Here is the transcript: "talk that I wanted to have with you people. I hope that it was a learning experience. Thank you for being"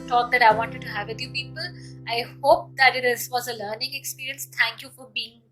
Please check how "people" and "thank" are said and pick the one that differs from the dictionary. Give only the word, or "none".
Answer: thank